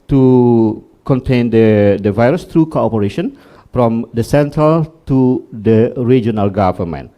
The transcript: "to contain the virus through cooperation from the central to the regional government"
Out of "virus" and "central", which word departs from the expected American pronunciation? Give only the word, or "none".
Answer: none